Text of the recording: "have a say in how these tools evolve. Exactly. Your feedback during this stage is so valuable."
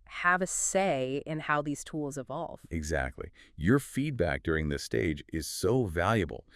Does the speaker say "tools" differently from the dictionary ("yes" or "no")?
no